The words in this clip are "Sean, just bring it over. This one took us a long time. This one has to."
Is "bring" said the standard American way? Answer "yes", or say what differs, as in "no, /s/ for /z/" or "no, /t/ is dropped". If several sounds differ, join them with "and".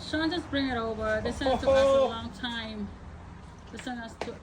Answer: yes